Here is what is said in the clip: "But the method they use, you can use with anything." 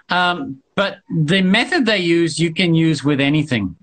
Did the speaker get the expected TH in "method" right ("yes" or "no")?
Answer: yes